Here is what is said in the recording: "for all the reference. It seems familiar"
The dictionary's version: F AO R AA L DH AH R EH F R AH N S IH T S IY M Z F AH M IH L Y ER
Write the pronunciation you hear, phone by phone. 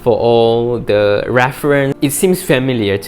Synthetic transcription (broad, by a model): F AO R AA L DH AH R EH F R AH N IH T S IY M S F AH M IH L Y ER